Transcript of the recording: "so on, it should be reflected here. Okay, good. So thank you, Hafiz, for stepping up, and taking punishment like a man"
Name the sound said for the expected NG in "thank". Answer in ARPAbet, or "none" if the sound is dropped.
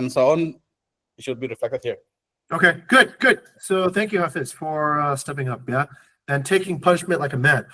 NG